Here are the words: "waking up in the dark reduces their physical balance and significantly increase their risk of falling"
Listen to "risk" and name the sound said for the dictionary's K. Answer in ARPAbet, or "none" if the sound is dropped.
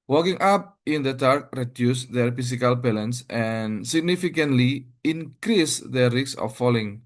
none